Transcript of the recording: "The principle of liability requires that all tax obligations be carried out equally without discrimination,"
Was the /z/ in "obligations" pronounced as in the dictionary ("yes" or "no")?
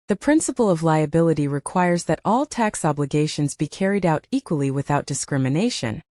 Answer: yes